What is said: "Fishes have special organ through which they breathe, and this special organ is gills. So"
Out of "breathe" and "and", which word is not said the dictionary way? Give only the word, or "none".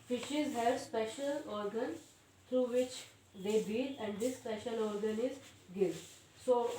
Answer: breathe